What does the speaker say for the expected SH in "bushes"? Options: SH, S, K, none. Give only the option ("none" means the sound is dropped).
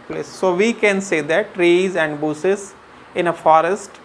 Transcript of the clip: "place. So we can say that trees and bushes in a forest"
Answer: S